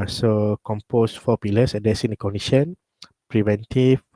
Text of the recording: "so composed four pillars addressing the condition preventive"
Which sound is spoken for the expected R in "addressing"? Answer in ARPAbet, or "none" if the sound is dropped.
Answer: none